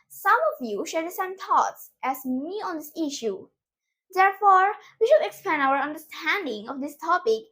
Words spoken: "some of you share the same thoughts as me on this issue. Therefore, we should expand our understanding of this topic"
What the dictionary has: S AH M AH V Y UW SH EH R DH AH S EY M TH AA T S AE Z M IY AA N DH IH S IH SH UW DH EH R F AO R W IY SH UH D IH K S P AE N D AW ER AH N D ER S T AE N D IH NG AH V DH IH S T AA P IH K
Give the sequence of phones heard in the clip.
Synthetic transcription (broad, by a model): S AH M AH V Y UW SH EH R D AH S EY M T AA T S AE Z M IY AA N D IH S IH SH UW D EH R F AO R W IY SH UH D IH K S P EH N AW ER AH N D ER S T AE N D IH NG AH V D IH S T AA P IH K